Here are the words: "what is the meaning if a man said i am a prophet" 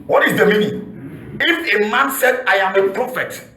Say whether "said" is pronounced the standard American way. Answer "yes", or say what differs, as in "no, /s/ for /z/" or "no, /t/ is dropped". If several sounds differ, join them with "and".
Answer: yes